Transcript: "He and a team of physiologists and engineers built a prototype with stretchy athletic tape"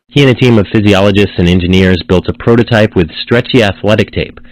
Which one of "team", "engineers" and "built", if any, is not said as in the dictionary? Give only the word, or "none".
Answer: none